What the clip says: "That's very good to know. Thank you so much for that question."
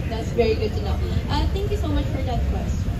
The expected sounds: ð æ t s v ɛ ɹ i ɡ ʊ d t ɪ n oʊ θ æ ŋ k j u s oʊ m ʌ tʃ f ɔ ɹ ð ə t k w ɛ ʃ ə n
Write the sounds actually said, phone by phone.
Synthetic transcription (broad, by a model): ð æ t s v ɛ ɹ i ɡ ʊ d t ɪ n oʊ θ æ ŋ k j u s oʊ m ʌ tʃ f ɔ ɹ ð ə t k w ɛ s